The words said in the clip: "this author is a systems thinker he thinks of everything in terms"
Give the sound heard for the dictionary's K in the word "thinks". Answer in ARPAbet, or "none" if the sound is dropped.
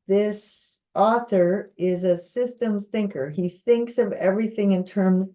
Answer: K